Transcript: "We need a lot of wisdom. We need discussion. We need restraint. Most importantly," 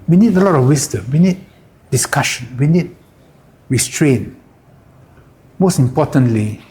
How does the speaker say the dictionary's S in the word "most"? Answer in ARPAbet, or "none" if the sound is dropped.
S